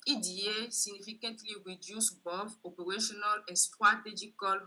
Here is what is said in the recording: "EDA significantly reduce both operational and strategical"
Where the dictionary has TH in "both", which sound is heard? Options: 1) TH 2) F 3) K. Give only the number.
2